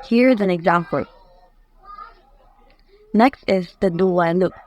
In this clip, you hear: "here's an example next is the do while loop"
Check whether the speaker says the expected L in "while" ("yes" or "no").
no